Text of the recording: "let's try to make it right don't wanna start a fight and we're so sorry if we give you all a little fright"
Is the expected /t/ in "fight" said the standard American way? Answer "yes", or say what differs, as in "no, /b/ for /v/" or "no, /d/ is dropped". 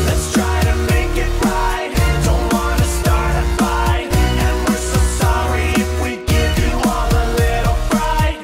no, /t/ is dropped